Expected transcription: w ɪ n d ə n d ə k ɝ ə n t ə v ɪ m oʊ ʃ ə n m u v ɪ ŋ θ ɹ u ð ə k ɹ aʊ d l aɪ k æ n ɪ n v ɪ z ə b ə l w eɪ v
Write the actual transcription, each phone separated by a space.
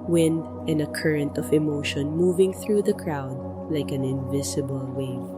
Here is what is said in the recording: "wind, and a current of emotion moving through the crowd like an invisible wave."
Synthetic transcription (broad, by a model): w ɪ n d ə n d ə k ɝ ə n t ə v ɪ m oʊ ʃ ə n m u v ɪ ŋ θ ɹ u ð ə k ɹ aʊ d l aɪ k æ n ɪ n v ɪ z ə b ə l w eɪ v